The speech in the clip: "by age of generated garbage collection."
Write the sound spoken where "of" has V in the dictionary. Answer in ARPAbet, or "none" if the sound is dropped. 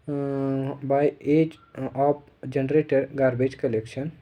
P